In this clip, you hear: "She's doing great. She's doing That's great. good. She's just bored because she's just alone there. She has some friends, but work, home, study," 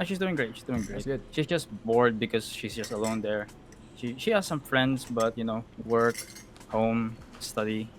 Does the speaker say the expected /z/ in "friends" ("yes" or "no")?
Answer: no